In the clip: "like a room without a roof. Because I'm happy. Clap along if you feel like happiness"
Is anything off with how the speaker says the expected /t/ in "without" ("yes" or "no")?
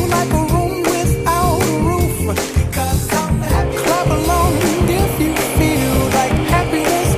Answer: yes